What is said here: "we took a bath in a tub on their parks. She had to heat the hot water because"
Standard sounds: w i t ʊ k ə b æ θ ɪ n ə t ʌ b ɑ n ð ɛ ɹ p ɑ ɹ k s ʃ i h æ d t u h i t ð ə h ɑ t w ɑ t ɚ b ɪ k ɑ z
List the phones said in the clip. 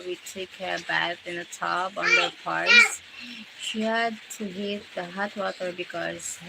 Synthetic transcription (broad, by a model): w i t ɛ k ə b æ t ɪ n ə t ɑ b ɑ n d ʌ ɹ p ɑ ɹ s ʃ i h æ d t u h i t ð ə h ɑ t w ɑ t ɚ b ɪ k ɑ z